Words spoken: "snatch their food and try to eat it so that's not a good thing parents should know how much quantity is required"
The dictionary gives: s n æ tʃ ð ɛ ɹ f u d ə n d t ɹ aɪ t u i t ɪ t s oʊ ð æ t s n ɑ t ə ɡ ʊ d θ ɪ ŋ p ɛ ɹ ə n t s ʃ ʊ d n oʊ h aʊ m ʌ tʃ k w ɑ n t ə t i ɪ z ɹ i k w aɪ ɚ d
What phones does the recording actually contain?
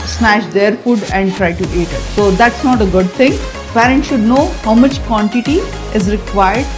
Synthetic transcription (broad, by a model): s n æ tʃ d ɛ ɹ f u d ə n d t ɹ aɪ t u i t ɪ t s oʊ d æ t s n ɑ t ə ɡ ʊ d t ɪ ŋ p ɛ ɹ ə n t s ʃ ʊ d n oʊ h aʊ m ʌ tʃ k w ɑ n t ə t i ɪ z ɹ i k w aɪ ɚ d